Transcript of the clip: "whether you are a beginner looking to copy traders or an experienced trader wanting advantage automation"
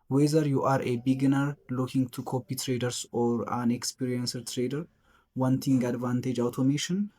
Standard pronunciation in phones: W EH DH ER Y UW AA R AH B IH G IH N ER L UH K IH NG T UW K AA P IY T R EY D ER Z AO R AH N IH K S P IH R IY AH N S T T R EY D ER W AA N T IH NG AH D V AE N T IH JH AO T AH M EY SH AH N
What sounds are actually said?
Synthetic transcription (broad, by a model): W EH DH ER Y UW AA R AH B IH G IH N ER L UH K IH NG T UW K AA P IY T R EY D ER S AO R AH N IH K S P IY R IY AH N S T T R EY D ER W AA N T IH NG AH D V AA N T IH JH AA T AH M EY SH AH N